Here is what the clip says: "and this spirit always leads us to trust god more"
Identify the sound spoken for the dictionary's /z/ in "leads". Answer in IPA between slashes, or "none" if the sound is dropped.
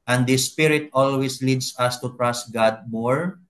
/s/